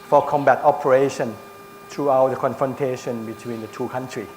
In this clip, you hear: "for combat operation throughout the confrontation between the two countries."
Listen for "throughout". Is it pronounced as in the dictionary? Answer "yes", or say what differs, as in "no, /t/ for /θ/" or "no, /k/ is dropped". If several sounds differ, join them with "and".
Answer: no, /t/ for /θ/